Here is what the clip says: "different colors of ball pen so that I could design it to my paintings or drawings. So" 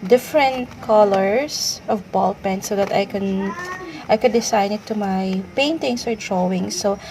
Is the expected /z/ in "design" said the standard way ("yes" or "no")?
no